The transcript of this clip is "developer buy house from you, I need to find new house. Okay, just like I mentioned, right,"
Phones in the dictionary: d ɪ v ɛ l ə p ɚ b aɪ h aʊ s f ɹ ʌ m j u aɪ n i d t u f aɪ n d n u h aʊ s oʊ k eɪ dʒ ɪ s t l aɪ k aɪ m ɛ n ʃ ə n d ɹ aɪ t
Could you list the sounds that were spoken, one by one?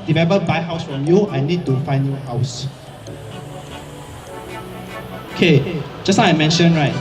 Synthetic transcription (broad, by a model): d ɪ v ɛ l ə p b aɪ h aʊ s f ɹ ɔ m j u aɪ n i d t u f aɪ n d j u h aʊ s oʊ k eɪ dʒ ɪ s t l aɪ aɪ m ɛ n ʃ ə n ɹ aɪ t